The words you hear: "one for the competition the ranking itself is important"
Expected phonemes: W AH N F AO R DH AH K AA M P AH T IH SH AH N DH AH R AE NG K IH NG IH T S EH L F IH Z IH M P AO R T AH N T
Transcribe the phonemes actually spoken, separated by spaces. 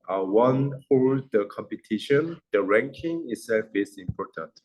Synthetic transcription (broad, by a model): W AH N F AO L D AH K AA M P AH T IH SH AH N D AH R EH NG K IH NG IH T S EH L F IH S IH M P AO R T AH N T